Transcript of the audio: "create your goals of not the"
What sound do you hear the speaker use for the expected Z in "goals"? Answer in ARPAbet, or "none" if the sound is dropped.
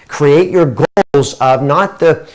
Z